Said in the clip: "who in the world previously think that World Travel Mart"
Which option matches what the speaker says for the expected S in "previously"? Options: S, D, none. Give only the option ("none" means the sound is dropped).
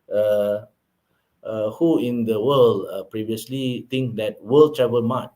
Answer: S